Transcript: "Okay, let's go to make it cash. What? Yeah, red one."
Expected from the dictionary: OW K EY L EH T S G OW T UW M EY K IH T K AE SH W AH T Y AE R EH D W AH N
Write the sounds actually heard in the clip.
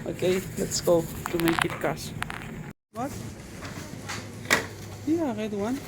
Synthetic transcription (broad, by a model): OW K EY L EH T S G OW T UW M EY K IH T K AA S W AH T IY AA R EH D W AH N